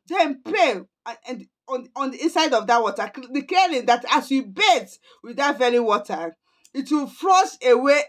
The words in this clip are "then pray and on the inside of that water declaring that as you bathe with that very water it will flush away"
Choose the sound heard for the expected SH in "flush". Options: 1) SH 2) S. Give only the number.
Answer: 2